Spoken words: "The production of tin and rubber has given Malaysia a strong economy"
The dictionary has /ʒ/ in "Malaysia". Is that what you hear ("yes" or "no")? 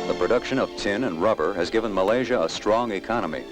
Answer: yes